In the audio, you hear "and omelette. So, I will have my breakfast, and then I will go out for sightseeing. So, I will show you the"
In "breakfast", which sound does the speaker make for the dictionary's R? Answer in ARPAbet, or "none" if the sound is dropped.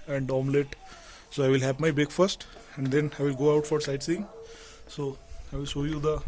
none